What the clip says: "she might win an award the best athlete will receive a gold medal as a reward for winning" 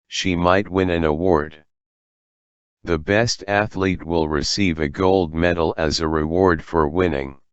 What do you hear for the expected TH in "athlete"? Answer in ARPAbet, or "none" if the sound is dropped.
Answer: TH